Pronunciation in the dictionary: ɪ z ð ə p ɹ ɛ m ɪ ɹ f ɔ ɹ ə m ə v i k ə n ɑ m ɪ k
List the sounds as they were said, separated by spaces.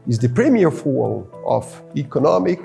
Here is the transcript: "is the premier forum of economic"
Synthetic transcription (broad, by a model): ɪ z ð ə p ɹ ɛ m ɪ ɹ f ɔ l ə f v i k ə n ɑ m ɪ k